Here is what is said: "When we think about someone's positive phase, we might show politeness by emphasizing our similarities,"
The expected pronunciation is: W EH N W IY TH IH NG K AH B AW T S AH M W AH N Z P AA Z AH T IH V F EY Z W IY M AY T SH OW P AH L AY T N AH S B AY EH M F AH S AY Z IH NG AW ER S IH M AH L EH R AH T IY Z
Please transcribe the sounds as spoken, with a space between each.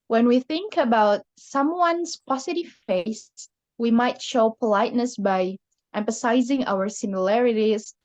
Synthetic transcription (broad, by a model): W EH N W IY TH IH NG K AH B AW T S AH M W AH N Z P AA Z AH T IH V F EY S W IY M AY T SH OW P AH L AY T N AH S B AY EH M F AH S AY Z IH NG AW ER S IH M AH L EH R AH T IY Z